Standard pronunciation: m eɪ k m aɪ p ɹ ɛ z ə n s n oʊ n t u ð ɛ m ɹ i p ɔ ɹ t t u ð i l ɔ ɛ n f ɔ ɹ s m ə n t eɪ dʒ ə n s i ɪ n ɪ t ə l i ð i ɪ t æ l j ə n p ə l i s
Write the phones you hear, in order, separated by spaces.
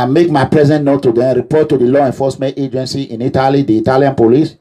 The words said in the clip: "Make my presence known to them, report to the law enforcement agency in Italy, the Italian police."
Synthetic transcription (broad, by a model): m eɪ k m aɪ p ɹ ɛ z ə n n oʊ t u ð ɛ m ɹ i p ɔ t t u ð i l ɔ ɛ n f ɔ s m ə n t eɪ dʒ ə n s i ɪ n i t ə l i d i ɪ t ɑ l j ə n p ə l i s